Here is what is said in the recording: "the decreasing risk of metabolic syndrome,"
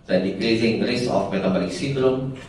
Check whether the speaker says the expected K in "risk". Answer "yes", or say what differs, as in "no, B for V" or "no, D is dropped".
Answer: no, K is dropped